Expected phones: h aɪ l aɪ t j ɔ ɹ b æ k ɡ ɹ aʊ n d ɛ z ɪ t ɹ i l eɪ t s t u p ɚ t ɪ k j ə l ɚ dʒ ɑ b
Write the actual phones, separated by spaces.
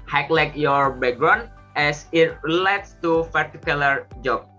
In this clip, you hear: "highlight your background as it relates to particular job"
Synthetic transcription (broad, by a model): h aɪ l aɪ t j ɔ ɹ b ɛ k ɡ ɹ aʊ n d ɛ s ɪ t ɹ i l eɪ t s t u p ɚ t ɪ k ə l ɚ dʒ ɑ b